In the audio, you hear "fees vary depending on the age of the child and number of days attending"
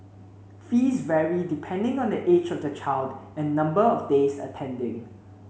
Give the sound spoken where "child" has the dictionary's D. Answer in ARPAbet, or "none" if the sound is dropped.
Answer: D